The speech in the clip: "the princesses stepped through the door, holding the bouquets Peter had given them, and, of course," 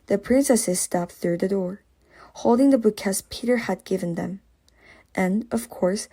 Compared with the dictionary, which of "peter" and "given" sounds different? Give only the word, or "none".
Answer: none